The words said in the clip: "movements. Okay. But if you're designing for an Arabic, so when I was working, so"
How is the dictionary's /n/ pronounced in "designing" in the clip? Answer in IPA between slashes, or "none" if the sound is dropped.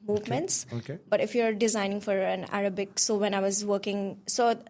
/n/